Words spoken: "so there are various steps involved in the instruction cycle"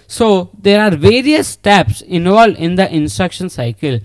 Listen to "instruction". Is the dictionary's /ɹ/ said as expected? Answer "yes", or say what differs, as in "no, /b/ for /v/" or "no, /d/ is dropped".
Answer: yes